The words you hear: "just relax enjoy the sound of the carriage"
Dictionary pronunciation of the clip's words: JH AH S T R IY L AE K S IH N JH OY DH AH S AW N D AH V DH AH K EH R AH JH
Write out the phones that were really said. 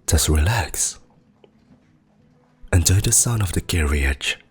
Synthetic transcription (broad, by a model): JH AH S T R IY L AE K S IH N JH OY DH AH S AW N AH V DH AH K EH R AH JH